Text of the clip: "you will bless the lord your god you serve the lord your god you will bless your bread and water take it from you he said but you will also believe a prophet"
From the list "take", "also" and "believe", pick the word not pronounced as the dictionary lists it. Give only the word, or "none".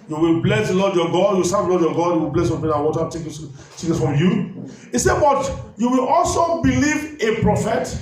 none